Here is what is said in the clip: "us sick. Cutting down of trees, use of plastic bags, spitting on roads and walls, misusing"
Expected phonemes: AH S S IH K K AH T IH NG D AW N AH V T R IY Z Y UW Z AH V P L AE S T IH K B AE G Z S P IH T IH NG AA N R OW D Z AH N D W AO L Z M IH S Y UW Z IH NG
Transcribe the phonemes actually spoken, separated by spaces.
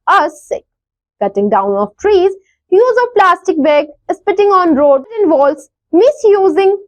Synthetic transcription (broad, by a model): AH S S IH K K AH T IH NG D AW N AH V T R IY Z Y UW Z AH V P L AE S T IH K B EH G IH S P IH T IH NG AA N R OW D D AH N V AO L S M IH S Y UW Z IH NG